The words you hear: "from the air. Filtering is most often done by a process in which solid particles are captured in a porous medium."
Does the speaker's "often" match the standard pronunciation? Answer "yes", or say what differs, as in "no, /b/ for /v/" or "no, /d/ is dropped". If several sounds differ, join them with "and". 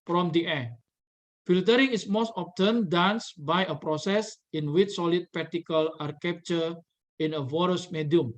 no, /p/ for /f/